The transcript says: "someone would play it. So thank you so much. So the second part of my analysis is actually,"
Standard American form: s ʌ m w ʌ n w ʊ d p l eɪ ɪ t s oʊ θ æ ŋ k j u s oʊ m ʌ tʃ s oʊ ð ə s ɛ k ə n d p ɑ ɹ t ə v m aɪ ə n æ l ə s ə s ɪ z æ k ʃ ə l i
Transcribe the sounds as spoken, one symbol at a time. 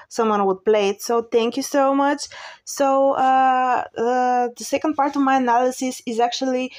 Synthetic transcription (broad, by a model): s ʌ m w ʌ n w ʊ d p l eɪ ɪ t s oʊ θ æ ŋ k j u s oʊ m ʌ tʃ s oʊ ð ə s ɛ k ə n d p ɑ ɹ t ə v m aɪ ə n æ l ə s ə s ɪ z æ k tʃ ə l i